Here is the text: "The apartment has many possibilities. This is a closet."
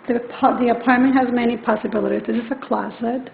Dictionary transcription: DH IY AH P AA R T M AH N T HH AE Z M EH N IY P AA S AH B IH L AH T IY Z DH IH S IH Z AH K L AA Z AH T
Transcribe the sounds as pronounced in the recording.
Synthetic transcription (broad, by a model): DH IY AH P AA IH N M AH N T HH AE Z M EH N IY P AA S AH B IH L AH T IY Z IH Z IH S AH K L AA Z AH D